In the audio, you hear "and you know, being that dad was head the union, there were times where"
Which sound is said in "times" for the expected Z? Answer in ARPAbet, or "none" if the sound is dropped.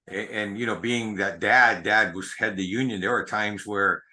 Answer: Z